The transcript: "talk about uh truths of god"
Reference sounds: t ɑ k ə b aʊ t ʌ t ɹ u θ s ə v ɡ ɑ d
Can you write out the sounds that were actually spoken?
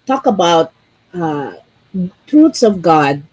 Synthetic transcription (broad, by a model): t ɑ k ə b aʊ t ʌ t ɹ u t s ə v ɡ ɑ d